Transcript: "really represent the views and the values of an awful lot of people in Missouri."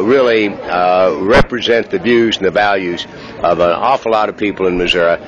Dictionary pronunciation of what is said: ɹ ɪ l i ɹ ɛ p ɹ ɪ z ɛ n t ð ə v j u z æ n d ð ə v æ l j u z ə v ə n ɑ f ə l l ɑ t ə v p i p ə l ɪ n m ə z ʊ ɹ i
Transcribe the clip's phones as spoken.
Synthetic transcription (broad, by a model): ɹ ɪ l i ɹ ɛ p ɹ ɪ z ɛ n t ð ə v j u z n ð ə v æ l j u z ə v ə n ɑ f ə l l ɑ t ə v p i p l ɪ n m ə z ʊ ɹ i